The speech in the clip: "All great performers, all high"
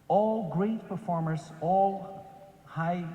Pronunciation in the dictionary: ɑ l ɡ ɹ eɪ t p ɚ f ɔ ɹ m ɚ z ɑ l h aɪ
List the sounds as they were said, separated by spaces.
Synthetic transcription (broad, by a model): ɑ l ɡ ɹ eɪ t p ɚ f ɔ ɹ m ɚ s ɑ l h aɪ